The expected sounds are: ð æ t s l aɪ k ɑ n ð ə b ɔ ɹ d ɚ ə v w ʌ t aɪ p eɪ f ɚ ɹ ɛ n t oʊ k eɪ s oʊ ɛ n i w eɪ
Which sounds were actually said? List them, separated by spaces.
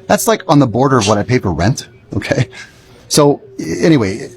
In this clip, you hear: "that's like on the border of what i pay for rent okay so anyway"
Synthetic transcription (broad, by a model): ð æ t s l aɪ k n ð ə b ɔ ɹ d ɚ ə v w ʌ t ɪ p eɪ p ɚ ɹ ɛ n t oʊ k eɪ s oʊ ɛ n i w eɪ